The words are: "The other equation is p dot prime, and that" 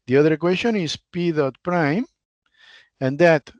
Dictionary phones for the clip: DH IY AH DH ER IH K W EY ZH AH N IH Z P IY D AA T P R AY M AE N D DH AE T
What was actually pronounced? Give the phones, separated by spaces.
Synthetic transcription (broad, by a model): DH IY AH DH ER K W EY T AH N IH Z P IY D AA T P R AY M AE N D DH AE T